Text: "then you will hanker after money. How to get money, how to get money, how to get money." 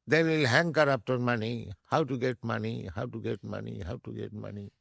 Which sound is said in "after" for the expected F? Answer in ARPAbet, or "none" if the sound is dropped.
P